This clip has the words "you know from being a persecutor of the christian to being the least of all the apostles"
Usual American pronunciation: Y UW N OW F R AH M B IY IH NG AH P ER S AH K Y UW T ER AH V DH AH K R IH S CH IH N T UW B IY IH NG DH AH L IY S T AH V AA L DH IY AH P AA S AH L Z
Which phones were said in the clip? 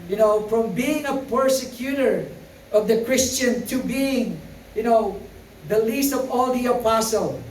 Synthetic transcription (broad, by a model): Y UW N OW F R AH M B IY IH NG AH P ER S AH K Y UW T ER AH V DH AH K R IH S CH IH N T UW B IY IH NG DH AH L IY S T AH V AA L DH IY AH P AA S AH L